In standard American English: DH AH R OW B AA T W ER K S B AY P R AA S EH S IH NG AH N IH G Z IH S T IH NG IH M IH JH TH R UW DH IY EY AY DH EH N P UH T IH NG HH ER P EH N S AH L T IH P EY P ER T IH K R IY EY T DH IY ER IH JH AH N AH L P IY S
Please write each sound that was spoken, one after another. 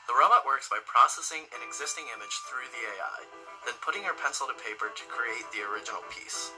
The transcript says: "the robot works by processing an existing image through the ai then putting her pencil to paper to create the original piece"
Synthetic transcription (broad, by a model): DH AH R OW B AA T W ER K S B AY P R AA S EH S IH NG AH N IH G Z IH S T IH NG IH M IH JH TH R UW DH IY EY AY DH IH N P UH T IH NG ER P EH N S L T IH P EY P ER T IH K R IY EY T DH IY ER IH JH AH N L P IY S